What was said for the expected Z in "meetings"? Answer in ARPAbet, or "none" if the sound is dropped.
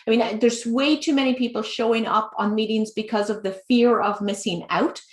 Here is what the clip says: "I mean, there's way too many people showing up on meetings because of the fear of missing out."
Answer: Z